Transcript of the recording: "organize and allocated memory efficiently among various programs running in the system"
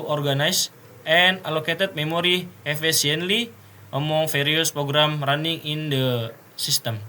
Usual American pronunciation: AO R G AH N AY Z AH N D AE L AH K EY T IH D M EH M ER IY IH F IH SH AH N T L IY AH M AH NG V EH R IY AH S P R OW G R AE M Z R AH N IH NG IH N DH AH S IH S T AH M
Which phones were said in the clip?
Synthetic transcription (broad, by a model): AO R G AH N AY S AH N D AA L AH K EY T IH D M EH M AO IY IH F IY S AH N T L IY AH M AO NG F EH R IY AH S P R OW G R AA M R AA N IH NG IH N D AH S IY S T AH M